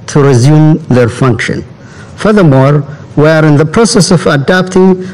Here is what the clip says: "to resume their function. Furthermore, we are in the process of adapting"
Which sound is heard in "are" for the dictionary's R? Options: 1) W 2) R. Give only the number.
2